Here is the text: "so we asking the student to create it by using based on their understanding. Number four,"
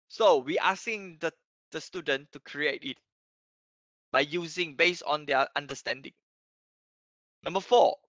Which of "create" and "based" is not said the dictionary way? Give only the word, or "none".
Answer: based